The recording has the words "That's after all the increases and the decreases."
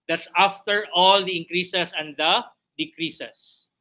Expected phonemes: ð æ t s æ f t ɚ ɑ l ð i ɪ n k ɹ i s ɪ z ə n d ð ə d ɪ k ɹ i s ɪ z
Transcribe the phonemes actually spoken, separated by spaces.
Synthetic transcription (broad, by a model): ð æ t s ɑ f t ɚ ɑ l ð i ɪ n k ɹ i s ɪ s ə n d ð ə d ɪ k ɹ i s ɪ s